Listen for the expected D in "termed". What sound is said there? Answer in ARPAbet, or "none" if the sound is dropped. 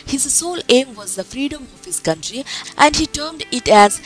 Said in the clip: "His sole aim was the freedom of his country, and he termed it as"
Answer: D